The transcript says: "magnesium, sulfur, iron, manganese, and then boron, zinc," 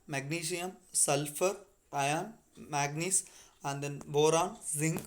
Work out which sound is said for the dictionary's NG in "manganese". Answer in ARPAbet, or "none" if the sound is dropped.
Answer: none